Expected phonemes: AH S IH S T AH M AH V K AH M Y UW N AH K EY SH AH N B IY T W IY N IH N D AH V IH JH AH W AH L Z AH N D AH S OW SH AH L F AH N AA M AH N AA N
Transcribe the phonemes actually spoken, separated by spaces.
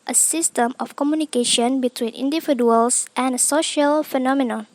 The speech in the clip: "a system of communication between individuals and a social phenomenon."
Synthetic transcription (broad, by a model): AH S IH S T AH M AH F K AH M Y UW N AH K EY SH AH N B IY T W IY N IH N D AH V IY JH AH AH L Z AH N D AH S OW SH AH L F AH N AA M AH N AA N